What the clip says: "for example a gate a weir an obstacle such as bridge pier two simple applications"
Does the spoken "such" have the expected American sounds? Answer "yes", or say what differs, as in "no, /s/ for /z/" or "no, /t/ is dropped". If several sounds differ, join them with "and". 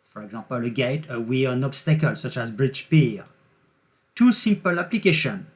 yes